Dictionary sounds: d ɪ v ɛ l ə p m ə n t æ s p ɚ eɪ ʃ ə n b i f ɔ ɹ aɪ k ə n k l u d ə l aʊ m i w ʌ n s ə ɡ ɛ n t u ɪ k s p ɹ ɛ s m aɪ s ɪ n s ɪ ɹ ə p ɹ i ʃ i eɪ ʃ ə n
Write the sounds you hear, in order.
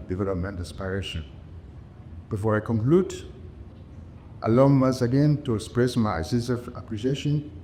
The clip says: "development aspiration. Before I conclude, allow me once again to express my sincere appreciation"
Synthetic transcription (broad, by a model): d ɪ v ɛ l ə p m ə n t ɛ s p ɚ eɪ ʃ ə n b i f ɔ ɹ aɪ k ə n k l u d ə l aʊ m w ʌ s ə ɡ ɛ n t u ɪ k s p ɹ ɛ s m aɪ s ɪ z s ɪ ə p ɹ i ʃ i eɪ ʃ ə n